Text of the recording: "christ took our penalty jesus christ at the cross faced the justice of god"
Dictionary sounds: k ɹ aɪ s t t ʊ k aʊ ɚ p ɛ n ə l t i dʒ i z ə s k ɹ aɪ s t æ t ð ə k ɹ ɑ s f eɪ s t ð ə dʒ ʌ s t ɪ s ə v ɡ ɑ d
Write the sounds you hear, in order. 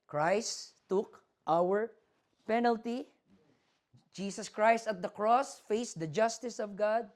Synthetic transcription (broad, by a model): k ɹ aɪ s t t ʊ k aʊ ɚ p ɛ n ə l t i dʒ i s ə s k ɹ aɪ s t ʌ t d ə k ɹ ɑ s f eɪ s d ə dʒ ʌ s t ɪ s ə v ɡ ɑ d